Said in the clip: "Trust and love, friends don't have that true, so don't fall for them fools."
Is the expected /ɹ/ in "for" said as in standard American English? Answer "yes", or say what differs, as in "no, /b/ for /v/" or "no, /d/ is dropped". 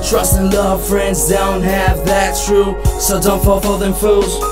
no, /l/ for /ɹ/